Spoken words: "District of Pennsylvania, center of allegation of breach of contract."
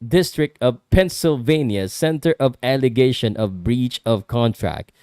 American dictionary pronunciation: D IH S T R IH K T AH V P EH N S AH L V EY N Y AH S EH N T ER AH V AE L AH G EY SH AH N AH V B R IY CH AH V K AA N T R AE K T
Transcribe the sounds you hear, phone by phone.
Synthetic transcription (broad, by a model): D IH S T R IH K T AH V P EH N S AH L V EY N Y AH S EH N T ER AH V AE L AH G EY SH AH N AH V B R IY CH AH V K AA N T R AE K T